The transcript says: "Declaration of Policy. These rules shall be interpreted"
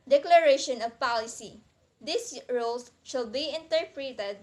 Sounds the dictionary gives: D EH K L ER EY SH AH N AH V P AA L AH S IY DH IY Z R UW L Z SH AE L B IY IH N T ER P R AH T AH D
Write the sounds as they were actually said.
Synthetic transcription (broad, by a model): D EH K L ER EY SH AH N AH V P AA L AH S IY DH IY S R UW L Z SH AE L B IY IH N T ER P R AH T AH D